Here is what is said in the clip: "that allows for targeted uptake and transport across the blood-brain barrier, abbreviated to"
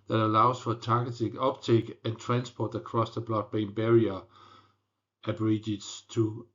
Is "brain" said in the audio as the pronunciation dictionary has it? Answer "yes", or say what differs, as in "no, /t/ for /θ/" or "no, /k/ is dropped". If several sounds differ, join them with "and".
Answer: no, /ɹ/ is dropped